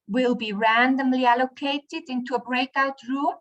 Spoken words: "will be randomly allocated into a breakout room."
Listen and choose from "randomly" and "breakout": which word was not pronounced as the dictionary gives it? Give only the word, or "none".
none